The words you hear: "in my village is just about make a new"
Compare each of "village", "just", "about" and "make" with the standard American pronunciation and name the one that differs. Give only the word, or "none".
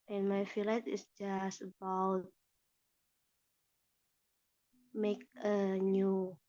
village